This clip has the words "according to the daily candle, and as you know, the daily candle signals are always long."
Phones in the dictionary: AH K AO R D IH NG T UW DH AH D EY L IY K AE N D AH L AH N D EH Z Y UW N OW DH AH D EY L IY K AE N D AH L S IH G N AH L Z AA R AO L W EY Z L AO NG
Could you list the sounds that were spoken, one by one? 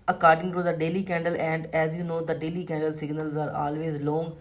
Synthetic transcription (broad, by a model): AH K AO R D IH NG T UW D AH D EY L IY K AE N D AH L AH N D EH Z Y UW N OW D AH D EY L IY K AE N D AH L S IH G N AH L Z AA R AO L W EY Z L AO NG